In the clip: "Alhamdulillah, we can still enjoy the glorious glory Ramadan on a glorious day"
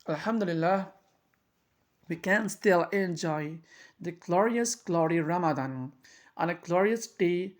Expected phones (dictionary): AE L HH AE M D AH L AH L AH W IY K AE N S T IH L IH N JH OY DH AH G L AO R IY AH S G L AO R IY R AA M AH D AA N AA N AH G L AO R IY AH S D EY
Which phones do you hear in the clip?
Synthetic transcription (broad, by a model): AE L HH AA M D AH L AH L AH W IY K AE N S T IH L IH N JH OY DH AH G L AO R IY AH S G L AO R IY R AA M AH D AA N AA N AH G L AO R IY AH S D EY